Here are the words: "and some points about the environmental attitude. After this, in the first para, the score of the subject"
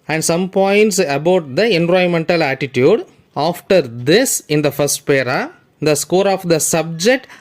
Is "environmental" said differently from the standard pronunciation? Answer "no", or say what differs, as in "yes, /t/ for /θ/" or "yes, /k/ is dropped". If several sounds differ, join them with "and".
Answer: yes, /ɹ/ is dropped